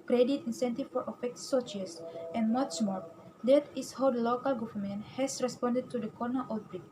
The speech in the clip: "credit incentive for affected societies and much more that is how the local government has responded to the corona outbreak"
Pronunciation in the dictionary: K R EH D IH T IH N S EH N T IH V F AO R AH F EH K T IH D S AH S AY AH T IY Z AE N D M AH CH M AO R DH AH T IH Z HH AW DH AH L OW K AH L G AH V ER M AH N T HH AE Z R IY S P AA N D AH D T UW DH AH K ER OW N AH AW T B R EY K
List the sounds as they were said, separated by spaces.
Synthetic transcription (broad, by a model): K R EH D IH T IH N S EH N T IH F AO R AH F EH K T S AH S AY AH S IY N M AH S M AO R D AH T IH S HH AW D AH L OW K AH L G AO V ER M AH N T HH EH S R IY S P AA N D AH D T UW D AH K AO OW N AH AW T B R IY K